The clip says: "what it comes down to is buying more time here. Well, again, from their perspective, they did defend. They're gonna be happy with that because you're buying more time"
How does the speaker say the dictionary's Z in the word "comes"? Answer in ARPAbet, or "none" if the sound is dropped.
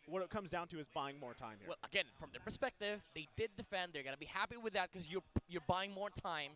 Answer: Z